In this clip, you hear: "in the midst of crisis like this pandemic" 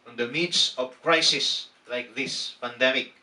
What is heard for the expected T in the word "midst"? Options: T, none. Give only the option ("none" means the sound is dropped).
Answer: none